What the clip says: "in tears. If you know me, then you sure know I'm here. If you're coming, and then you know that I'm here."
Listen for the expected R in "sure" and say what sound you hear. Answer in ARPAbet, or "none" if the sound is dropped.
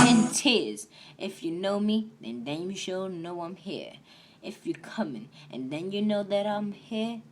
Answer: L